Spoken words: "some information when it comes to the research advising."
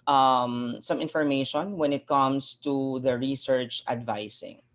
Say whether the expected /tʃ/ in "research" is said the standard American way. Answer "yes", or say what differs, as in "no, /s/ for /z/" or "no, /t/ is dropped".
yes